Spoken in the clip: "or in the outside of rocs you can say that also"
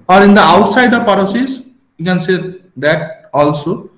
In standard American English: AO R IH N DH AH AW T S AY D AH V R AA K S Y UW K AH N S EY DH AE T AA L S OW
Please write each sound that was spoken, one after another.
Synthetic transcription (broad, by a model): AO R IH N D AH AW T S AY D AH P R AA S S Y UW K AH N S EY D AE T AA L S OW